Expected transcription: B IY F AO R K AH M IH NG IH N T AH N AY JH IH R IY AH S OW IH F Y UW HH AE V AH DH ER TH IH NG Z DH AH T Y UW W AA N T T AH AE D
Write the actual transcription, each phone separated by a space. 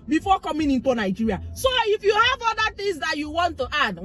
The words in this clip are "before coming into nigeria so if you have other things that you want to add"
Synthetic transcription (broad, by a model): B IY F AO K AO M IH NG IH N T AH N AY JH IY R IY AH S OW IH F Y UW HH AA V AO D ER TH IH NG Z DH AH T Y UW W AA N T T AH D